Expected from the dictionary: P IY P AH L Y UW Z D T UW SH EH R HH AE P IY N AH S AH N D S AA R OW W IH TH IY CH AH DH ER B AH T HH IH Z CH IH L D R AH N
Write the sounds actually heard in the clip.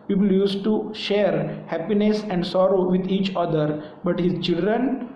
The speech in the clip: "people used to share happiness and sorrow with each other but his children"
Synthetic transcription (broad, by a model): P IY P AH L Y UW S T UW SH EH R HH AE P IY N AH S AH N D S AA R OW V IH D IY CH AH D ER B AH T HH IH Z CH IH L D R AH N